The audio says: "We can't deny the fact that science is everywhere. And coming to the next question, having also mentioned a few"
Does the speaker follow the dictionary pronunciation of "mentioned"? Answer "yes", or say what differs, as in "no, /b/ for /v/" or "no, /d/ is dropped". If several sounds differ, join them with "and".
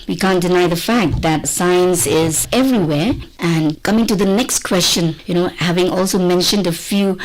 yes